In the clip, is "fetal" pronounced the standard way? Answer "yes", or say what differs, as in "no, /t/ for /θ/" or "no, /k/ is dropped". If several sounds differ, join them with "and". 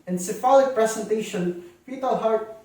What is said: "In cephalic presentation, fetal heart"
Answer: no, /p/ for /f/